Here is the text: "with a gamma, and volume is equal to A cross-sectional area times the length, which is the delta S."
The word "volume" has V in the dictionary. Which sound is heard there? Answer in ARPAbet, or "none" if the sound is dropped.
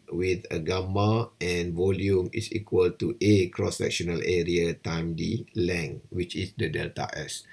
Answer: V